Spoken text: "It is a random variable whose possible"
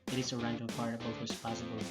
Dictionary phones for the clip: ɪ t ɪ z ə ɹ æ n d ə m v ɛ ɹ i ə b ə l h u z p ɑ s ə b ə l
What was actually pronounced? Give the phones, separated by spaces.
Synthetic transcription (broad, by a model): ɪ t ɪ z ə ɹ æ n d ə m p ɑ ɹ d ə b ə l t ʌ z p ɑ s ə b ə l